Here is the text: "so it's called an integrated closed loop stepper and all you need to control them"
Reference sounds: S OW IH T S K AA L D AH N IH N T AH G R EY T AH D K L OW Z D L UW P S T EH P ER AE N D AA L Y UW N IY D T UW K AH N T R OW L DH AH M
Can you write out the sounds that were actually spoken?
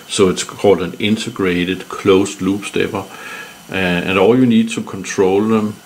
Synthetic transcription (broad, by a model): S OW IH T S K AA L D AH N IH N S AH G R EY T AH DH K L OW S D L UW B S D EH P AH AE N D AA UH Y UW N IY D S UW K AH N S R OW L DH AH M